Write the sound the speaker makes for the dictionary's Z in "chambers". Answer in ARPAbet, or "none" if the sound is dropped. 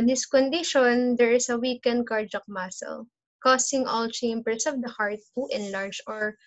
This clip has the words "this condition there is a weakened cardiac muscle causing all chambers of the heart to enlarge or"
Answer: S